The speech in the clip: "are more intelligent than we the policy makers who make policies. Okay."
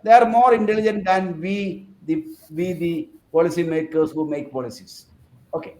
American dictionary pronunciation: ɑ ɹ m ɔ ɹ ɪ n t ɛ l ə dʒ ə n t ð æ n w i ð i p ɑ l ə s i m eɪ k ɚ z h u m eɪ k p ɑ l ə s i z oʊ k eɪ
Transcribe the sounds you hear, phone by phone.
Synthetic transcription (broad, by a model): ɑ ɹ m ɔ ɹ ɪ n t ɛ l ə dʒ ə n t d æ n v i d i p ɑ l ə s i m eɪ k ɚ s h u m eɪ k p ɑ l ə s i s oʊ k eɪ